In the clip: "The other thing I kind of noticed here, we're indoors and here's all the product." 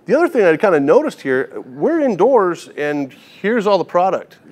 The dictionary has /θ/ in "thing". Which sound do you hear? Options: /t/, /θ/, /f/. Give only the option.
/θ/